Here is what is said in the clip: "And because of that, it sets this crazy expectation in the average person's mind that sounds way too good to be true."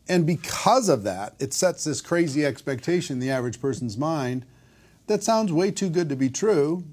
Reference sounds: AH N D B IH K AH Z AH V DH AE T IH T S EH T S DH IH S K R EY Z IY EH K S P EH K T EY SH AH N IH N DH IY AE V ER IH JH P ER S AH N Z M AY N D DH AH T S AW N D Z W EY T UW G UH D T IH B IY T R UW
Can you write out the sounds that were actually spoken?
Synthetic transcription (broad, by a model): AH N B IH K AH Z AH V DH AE T IH T S EH T S DH IH S K R EY Z IY EH K S P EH K T EY AH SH IH N DH IY AE V ER IH JH P ER S N Z M AY N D DH AH T S AW N D Z W EY T UW G UH D T IH B IY T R UW